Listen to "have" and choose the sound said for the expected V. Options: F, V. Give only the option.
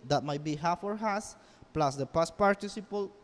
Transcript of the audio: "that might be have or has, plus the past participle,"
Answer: F